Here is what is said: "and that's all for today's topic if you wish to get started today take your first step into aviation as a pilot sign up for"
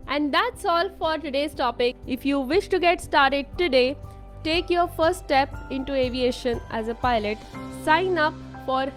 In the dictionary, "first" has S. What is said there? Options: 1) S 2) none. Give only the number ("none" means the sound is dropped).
2